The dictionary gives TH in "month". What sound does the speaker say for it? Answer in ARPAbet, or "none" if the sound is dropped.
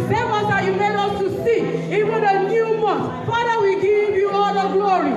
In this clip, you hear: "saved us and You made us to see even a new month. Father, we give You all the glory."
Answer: T